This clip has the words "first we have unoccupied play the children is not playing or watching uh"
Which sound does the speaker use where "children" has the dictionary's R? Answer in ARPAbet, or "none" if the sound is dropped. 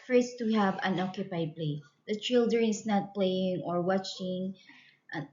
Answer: none